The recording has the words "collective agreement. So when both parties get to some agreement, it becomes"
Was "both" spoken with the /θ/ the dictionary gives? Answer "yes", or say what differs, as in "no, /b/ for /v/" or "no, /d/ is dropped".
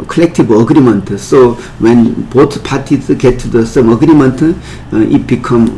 no, /t/ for /θ/